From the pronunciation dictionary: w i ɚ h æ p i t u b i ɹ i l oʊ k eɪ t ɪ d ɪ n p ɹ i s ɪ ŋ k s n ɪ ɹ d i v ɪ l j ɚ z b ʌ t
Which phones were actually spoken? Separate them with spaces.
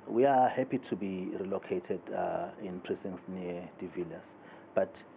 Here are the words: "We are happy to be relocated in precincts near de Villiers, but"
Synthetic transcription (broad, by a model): w i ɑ h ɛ p i t u b i ɹ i l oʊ k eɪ t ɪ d ɪ n p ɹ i s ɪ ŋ s n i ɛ d i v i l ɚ s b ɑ t